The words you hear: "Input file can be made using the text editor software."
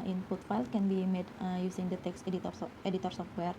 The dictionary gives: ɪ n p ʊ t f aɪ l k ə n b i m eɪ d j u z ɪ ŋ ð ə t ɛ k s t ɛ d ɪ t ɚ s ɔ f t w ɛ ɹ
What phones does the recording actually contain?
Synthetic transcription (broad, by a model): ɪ n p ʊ t f aɪ l k ə n b i m eɪ d j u s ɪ ŋ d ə t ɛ k s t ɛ d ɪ t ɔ s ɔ f t w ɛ ɹ